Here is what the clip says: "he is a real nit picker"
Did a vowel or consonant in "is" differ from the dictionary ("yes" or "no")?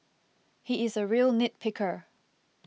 no